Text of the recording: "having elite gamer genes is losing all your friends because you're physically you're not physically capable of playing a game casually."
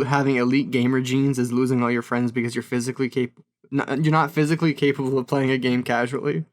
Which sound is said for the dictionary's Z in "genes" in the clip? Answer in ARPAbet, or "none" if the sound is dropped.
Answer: Z